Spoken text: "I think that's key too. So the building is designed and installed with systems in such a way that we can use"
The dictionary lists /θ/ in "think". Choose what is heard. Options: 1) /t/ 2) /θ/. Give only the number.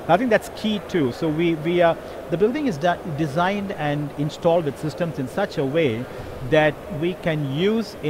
1